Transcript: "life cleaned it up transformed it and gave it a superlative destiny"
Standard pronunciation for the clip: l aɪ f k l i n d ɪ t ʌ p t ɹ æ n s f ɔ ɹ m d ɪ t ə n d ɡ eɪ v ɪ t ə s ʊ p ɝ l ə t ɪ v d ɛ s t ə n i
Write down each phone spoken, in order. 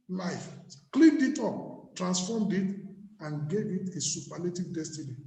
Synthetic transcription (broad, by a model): l aɪ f k l i n d ɪ t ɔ p t ɹ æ n s f ɔ m d ɪ t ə n ɡ eɪ v ɪ t ə s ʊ p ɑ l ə t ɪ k d ɛ s t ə n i